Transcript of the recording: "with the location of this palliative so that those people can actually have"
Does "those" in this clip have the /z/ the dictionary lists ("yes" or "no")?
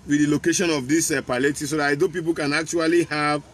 no